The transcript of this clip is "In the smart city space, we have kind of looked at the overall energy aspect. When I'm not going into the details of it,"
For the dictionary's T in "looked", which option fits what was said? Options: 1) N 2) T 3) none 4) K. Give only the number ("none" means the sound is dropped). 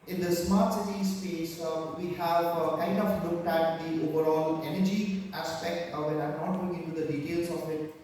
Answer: 2